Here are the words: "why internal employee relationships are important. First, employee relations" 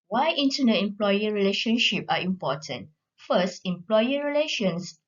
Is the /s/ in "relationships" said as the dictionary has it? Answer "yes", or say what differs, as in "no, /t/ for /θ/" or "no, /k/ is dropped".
no, /s/ is dropped